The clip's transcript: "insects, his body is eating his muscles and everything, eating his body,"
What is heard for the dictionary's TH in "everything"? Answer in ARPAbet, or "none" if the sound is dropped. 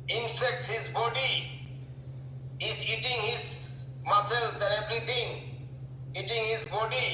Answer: T